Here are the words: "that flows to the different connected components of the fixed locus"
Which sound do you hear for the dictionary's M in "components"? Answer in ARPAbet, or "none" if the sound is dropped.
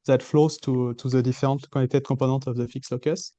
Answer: none